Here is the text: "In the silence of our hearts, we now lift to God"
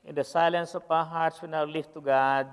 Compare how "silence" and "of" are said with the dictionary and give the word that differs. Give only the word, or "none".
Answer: of